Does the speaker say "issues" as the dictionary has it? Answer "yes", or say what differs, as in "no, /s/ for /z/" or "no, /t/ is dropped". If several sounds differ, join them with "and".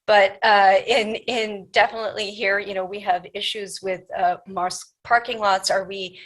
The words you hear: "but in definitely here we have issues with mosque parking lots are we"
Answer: yes